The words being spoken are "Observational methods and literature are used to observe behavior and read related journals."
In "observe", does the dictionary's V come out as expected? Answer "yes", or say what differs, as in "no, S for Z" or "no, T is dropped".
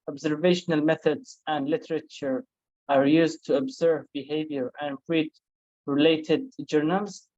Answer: yes